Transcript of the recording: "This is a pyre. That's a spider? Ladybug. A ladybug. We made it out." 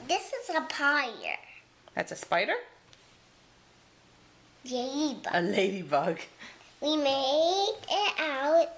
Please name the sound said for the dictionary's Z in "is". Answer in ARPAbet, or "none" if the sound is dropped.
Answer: Z